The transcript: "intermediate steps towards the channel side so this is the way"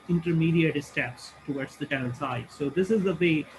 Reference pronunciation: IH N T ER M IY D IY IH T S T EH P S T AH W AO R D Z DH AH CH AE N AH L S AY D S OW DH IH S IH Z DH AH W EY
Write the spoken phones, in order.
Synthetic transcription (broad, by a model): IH N T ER M IY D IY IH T S T EH P S T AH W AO R D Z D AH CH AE L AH N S AY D S OW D IH S IH Z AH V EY